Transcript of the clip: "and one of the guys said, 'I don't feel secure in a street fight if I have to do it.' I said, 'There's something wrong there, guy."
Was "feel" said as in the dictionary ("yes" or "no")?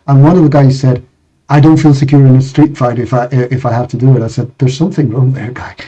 yes